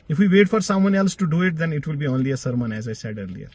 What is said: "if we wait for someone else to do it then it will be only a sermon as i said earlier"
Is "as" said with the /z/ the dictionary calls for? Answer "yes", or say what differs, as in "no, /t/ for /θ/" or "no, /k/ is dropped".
yes